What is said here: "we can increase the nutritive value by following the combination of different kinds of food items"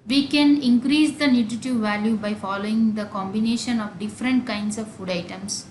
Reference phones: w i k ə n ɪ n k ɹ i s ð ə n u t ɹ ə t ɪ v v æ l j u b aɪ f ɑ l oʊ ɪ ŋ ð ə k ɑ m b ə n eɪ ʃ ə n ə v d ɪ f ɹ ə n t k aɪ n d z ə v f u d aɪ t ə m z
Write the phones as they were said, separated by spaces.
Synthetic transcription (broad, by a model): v i k ə n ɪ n k ɹ i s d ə n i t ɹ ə t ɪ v v æ l j u b aɪ f ɑ l oʊ ɪ ŋ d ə k ɑ m b ə n eɪ ʃ ə n ə v d ɪ f ɹ ə n t k aɪ n d s ə v f u d aɪ t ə m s